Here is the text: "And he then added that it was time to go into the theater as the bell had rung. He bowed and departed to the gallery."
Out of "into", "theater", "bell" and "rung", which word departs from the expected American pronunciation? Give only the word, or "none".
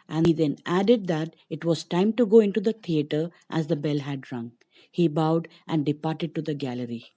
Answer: theater